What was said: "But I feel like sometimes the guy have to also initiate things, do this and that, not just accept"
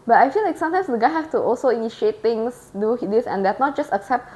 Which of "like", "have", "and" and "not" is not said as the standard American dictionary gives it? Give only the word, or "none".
have